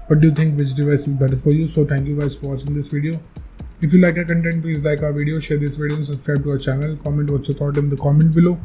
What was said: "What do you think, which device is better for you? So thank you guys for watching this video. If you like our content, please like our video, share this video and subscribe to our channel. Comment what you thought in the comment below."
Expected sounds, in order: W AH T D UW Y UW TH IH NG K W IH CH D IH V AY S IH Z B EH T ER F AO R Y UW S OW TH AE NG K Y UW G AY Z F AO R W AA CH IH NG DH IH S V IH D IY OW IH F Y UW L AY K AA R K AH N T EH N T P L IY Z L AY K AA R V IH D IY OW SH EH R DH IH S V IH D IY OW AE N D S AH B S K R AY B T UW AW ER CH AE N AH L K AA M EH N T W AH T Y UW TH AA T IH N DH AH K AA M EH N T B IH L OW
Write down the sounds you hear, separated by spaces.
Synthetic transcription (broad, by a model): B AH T D UW Y UW T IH NG K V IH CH D IH V AY S IH Z B EH T ER F AO R Y UW S OW T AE NG K Y UW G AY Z F AO R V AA CH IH NG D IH S V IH D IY OW IH F Y UW L AY K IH K AH N T EH N T P L IY Z L AY K AA R V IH D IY OW SH EH R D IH S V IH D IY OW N S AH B S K R AY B T UW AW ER CH AE N AH L K AA M EH N T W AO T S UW T AA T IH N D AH K AA M EH N T B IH L OW